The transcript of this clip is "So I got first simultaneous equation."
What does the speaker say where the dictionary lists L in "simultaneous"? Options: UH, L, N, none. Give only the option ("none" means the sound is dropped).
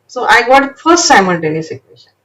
N